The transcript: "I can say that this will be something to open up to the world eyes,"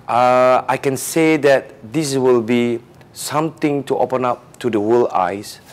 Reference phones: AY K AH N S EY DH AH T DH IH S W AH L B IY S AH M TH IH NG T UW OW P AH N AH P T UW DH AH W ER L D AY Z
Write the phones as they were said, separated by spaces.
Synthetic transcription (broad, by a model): AY K AH N S EY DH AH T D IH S W AH L B IY S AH M T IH NG T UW OW P AH N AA P T UW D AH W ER L AY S